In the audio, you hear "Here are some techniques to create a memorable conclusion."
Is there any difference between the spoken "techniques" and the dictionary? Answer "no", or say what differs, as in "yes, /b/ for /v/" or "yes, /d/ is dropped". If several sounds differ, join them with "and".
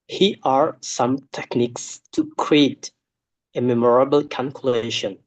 no